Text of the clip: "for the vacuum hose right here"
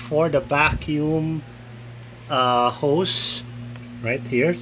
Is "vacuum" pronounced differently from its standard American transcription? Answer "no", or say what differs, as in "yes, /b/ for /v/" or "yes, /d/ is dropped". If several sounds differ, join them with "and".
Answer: yes, /b/ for /v/